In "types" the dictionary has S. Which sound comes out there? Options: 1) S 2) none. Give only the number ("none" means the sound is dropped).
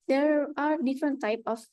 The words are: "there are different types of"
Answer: 2